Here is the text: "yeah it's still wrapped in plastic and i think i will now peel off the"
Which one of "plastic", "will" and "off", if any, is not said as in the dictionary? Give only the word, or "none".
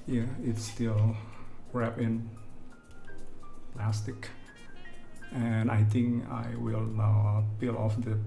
none